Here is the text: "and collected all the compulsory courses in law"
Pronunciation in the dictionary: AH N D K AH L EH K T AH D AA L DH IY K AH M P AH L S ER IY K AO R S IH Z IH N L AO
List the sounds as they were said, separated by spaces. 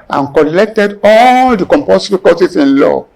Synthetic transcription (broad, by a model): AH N K AH L EH K T AH D AA L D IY K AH M P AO S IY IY K AO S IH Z IH N L AO